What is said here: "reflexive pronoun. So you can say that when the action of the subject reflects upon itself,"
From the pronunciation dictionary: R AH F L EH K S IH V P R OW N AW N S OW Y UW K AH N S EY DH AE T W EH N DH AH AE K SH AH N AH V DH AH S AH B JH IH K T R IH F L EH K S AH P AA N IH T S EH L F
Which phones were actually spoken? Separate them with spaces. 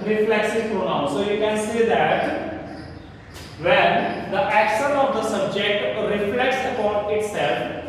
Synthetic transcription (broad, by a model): R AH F L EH K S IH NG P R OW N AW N S OW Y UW K AH N S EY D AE T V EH N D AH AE K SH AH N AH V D AH S AH B JH IH K T R IH F L EH K S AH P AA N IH T S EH L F